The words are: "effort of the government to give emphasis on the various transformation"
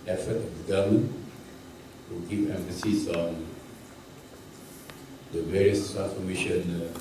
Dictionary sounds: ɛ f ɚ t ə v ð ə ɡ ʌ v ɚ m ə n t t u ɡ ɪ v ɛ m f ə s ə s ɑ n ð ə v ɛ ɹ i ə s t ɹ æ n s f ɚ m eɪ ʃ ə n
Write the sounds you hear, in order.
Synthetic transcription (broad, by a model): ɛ f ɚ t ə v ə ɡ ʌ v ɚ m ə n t t u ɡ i p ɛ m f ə s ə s ɑ n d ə v ɛ ɹ i ə s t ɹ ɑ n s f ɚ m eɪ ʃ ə n